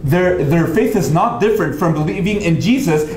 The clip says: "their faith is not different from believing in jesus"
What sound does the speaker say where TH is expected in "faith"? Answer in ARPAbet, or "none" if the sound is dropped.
TH